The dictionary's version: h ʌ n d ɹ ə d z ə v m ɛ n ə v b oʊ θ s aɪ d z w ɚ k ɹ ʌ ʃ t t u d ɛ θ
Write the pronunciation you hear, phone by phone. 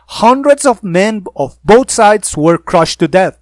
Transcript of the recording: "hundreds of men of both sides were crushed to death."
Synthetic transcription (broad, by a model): h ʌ n d ɹ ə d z ə v m ɛ n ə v b oʊ t s aɪ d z w ɚ k ɹ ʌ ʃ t t u d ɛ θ